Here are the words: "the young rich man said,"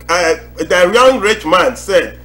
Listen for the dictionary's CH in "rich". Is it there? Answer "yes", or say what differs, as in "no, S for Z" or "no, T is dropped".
yes